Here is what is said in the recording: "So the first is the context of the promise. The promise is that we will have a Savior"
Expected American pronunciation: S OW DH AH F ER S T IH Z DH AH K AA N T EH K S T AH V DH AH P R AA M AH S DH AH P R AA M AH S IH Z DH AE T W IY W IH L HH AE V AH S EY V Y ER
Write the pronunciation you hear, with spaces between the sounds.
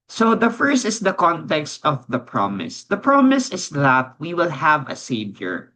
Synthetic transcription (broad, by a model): S OW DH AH F ER S T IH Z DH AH K AA N T EH K S T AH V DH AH P R AA M AH S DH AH P R AA M AH S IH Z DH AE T W IY W IH L HH AE V AH S EY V Y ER